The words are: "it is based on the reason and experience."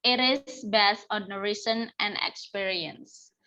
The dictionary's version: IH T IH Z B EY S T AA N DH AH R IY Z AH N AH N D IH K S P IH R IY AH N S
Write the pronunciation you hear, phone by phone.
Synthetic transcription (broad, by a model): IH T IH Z B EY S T AA N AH R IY S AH N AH N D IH K S P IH R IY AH N S